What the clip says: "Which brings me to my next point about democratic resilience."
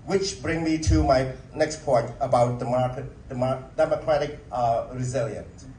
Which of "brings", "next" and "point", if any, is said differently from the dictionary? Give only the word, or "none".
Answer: brings